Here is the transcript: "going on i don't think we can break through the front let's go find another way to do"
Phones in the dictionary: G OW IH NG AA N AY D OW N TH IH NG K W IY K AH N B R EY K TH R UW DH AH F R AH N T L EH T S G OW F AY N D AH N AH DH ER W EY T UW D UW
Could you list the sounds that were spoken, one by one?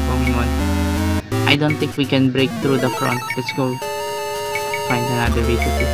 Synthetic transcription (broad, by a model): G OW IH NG AA N AY D OW N T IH NG K W IY K AH N B R EY K T R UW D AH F R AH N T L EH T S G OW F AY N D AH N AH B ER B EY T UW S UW